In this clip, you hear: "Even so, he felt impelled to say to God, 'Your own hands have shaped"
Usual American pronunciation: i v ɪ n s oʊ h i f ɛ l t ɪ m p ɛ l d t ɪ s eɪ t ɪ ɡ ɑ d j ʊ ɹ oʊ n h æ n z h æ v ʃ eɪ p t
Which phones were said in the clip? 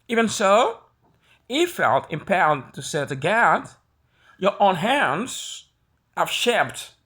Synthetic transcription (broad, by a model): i v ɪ n s oʊ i f ɛ l t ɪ m p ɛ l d t ɪ s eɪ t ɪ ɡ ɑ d j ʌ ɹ oʊ n h æ n z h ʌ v ʃ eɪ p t